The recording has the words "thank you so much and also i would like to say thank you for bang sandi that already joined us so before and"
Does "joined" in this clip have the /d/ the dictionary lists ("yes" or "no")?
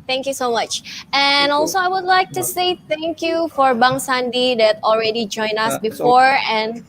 no